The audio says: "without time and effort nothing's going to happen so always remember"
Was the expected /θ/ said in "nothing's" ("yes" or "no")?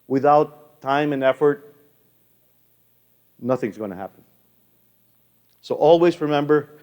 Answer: yes